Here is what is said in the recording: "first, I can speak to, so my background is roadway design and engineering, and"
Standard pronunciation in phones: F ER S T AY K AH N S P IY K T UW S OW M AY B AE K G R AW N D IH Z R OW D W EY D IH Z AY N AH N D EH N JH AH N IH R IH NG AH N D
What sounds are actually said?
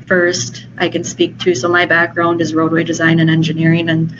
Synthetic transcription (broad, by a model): F ER S T AY K AH N S P IY K T UW S OW M AY B AE K G R AW N D IH Z R OW D W EY D IH Z AY N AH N EH N JH AH N IH R IH NG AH N